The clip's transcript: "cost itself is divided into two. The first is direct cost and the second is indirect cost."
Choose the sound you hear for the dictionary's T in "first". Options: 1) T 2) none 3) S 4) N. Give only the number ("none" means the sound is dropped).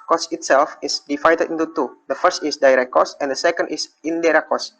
1